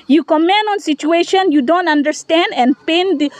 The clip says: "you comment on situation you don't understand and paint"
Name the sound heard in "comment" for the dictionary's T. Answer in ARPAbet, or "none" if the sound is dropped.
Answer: none